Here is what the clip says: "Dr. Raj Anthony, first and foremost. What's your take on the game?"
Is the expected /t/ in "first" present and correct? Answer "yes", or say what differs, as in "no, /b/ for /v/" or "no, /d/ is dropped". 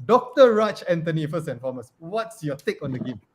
no, /t/ is dropped